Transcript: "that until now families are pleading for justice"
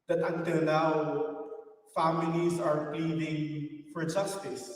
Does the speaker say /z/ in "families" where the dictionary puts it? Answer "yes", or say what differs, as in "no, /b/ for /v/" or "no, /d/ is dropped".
no, /s/ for /z/